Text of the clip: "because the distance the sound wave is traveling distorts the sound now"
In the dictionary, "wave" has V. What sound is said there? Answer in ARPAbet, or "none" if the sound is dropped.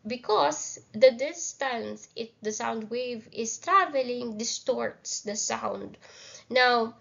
V